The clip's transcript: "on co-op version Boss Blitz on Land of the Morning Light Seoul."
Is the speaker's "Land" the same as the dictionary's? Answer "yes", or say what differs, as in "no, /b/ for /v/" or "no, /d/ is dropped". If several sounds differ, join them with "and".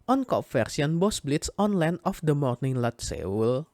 no, /d/ is dropped